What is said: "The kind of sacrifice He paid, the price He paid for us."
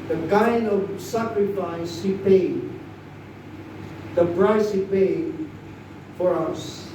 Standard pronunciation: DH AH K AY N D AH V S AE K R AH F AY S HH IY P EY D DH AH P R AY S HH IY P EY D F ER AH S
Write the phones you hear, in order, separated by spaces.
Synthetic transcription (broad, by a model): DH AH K AY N AH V S AE K R AH F AY S HH IY P EY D DH AH P R AY S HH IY P EY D F ER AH S